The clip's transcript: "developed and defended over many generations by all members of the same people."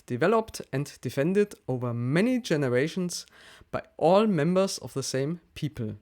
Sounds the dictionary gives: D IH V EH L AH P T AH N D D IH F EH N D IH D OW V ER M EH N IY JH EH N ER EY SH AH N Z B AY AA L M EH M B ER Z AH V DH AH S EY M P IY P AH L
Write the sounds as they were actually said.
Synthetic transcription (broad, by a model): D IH V EH L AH P T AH N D D IH F EH N D IH D OW V ER M EH N IY JH EH N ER EY SH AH N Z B AY AA L M EH M B ER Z AH V DH AH S EY M P IY P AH L